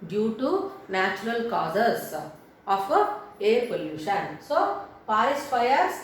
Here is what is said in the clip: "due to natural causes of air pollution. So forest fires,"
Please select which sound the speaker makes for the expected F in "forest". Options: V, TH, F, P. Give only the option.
P